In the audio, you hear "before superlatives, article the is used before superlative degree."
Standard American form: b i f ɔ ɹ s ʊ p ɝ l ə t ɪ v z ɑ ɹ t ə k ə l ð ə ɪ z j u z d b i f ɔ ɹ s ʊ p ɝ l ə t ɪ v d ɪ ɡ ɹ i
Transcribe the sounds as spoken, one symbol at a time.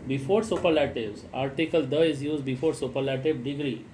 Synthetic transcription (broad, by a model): b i f ɔ ɹ s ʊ p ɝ l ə t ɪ b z ɑ ɹ t ə k ə l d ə ɪ z j u z d b i f ɔ ɹ s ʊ p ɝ l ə t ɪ b d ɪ ɡ ɹ i